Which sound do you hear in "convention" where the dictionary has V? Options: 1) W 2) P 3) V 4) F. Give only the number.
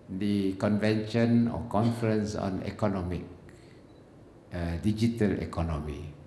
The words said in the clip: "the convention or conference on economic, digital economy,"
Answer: 3